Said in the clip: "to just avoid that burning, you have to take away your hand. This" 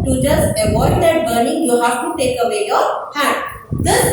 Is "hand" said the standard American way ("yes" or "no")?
no